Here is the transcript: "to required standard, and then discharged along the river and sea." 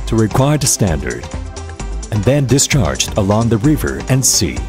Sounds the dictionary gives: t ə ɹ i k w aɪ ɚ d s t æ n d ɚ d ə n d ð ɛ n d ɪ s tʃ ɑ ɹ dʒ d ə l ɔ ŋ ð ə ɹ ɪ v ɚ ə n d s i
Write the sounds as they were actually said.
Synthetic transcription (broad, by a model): t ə ɹ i k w aɪ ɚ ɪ s t æ n d ɚ d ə n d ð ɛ n d ɪ s tʃ ɑ ɹ dʒ d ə l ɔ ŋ ð ə ɹ ɪ v ɚ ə n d s i